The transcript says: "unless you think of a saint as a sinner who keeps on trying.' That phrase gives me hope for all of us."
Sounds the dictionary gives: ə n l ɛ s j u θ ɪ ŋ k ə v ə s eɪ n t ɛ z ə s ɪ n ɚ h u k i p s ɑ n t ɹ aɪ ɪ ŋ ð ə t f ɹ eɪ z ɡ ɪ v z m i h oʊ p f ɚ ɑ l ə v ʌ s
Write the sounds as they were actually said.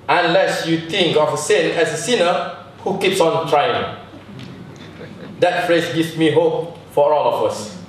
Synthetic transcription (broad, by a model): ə n l ɛ s j u t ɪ ŋ k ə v ə s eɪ n ɛ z ə s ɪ n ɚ h u k i p s ɑ n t ɹ aɪ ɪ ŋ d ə t f ɹ eɪ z ɡ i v m i h oʊ p f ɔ ɑ l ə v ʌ s